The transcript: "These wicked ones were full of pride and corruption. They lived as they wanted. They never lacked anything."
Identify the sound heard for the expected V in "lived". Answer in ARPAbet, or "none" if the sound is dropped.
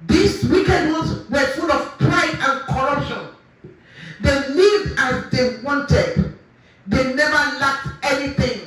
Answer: none